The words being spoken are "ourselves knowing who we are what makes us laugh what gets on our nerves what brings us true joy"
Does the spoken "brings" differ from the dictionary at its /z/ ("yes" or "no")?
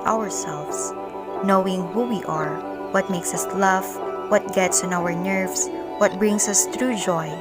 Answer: yes